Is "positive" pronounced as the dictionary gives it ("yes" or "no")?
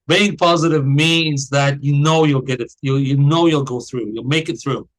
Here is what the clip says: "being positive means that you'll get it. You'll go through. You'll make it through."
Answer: yes